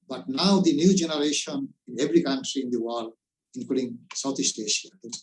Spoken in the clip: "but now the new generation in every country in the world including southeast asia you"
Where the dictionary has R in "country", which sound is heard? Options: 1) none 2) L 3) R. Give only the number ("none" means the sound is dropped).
3